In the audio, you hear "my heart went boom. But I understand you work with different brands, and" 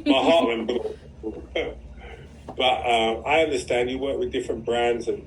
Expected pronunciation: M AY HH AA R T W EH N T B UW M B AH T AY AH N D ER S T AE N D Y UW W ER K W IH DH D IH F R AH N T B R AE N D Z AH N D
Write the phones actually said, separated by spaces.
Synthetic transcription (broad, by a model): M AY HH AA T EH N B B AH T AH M AY AH N D ER S T AE N D Y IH W ER K W IH DH D IH F R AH N B R AE N D Z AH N